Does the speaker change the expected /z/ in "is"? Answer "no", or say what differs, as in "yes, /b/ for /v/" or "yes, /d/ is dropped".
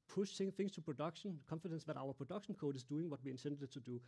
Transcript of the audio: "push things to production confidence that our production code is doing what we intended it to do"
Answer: yes, /s/ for /z/